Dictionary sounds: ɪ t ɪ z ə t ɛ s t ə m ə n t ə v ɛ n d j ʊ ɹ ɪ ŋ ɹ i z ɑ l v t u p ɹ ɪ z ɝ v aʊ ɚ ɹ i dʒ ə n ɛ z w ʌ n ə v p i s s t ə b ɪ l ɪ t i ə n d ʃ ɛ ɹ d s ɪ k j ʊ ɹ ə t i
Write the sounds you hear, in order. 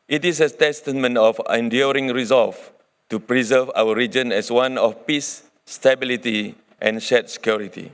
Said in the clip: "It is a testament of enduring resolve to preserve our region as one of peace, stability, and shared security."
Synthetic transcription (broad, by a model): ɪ t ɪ s ə t ɛ s t ə m ə n t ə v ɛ n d j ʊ ɹ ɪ ŋ ɹ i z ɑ l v t u p ɹ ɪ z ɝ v aʊ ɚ ɹ i dʒ ə n ɛ s w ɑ n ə f p i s s t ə b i l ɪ t i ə n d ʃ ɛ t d s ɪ k j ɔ ɹ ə t i